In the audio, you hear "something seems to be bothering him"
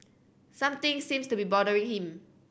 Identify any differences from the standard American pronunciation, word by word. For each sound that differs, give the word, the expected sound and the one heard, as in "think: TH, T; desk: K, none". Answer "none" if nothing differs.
something: TH, T; seems: Z, S